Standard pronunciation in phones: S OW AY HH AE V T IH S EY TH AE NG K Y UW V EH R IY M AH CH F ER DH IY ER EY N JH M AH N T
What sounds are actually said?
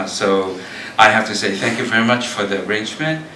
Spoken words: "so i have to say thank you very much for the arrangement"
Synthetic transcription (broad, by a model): S OW AY HH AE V T IH S EY TH AE NG K Y UW V EH R IY M AH CH F ER DH IY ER EY N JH M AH N T